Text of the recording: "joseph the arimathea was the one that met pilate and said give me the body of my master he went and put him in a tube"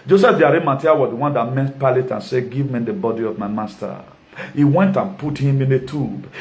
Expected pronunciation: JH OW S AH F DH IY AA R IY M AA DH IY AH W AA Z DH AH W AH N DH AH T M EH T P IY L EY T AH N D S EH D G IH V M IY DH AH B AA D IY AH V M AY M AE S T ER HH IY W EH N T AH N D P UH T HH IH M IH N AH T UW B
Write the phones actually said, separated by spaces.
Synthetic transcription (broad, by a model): JH OW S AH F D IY AA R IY M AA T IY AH W AA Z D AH W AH N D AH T M EH T P IY L EY T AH N S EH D G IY V M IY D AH B AA D IY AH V M AY M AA S T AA HH IY W EH N T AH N P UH T HH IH M IH N AH T UW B